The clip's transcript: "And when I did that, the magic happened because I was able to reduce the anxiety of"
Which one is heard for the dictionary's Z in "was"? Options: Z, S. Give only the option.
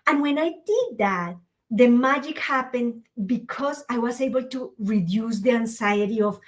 S